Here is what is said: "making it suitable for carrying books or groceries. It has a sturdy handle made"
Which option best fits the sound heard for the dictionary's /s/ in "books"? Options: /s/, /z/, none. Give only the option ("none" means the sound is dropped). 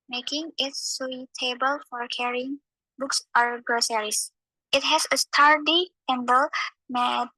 /s/